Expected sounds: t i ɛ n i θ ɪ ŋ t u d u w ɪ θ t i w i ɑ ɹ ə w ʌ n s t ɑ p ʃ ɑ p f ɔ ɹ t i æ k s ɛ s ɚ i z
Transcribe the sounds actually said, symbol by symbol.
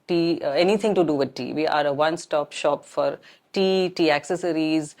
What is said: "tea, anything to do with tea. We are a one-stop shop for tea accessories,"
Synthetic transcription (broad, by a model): t i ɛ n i t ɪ ŋ t u d u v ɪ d t i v i ɑ ɹ ə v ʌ n s t ɑ p ʃ ɑ p f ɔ ɹ t i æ k s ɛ s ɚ i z